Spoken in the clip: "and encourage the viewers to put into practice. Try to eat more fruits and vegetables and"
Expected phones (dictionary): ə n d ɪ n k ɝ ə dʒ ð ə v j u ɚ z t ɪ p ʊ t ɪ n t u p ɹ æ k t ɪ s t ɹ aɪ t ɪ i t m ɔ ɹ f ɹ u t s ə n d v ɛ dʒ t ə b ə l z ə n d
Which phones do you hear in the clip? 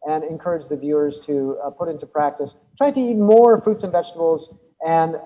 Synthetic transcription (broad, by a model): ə n ɪ n k ɝ ə dʒ ð ə v j u ɚ z t ɪ p ʊ t ɪ n t u p ɹ æ k t ɪ s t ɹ aɪ t ɪ i t m ɔ ɹ f ɹ u t s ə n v ɛ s t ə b l z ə n